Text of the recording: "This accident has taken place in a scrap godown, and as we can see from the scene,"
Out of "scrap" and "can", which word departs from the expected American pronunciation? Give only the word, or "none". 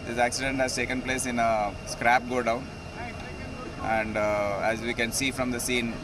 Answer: none